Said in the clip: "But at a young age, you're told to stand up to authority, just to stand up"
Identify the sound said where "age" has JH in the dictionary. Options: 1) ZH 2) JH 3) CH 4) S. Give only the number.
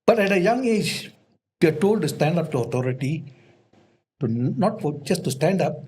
2